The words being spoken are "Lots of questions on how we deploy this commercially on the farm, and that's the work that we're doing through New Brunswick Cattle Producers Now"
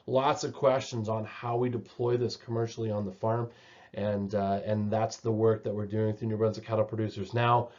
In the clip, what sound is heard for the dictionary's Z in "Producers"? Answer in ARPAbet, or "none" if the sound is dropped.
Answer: Z